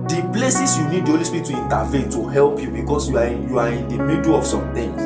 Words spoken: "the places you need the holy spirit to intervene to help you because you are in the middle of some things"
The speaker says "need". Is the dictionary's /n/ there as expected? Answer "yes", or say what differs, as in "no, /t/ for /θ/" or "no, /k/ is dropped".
yes